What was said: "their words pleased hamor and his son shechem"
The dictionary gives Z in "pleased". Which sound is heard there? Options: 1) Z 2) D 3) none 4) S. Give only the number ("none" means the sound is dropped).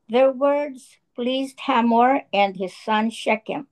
1